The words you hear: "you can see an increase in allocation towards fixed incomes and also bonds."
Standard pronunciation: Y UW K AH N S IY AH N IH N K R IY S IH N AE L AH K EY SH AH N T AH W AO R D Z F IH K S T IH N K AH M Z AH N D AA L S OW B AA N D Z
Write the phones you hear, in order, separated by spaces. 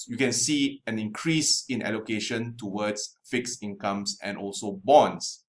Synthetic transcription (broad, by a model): Y UW K AH N S IY AH N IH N K R IY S IH N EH L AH K EY SH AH N T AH W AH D S F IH K S IH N K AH M S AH N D AA L S OW B AA N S